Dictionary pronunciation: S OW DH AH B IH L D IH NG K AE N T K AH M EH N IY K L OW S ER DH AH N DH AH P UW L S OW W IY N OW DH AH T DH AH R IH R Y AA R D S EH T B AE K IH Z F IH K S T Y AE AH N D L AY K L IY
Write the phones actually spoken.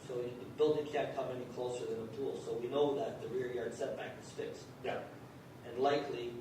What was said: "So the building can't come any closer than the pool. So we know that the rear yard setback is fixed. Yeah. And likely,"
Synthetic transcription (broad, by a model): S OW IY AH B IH L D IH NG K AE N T K AH M EH N IY K L OW S ER DH AH N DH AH P UW L S OW W IY N OW DH AH T DH AH R IH R Y AA R D S EH T B AE K IH Z F IH K S T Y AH N L AY K L IY